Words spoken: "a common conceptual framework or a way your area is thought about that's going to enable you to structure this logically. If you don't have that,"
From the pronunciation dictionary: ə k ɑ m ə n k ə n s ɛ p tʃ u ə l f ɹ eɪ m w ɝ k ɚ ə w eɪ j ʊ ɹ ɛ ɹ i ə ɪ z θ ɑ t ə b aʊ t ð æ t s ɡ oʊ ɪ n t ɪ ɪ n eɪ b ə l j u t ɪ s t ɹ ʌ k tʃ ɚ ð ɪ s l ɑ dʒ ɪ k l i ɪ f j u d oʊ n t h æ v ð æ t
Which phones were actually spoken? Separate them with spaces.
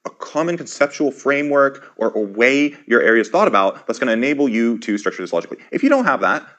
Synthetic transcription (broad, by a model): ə k ɑ m ə n k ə n s ɛ p tʃ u l f ɹ eɪ m w ɝ k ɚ ə w eɪ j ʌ ɹ ɛ ɹ i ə ɪ z θ ɑ t ə b aʊ t ð æ t s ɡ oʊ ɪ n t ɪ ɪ n eɪ b l j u t ɪ s t ɹ ʌ k tʃ ɚ ð ɪ s l ɑ dʒ ɪ k l i ɪ f j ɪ d oʊ n t h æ v ð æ t